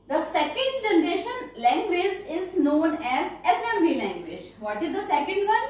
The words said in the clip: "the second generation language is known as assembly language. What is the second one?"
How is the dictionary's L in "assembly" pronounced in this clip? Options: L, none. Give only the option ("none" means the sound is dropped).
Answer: none